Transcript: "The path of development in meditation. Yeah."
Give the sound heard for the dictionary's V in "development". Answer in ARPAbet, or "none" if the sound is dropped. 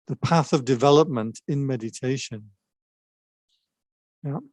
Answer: V